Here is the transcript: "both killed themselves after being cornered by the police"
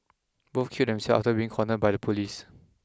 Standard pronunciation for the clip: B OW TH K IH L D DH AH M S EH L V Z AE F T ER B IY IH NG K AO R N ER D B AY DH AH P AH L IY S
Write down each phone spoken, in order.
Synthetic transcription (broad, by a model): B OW F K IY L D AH M S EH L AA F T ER B IY IH NG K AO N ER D B AY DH AH P AH L IY S